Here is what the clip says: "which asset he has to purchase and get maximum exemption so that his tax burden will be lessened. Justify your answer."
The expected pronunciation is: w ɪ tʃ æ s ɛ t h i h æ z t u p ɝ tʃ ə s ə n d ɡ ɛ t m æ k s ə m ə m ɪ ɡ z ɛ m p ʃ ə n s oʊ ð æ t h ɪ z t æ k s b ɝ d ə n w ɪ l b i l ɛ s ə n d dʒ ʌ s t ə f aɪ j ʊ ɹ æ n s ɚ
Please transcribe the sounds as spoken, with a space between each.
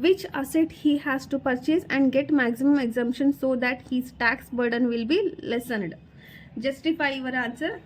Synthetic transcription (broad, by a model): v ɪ tʃ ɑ s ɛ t h i h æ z t u p ɝ tʃ ə s ə n d ɡ ɛ t m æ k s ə m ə m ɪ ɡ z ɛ m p ʃ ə n s oʊ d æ t h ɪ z t æ k s b ɝ d ə n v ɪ l b i l ɛ s ə n d dʒ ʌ s t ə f aɪ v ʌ ɹ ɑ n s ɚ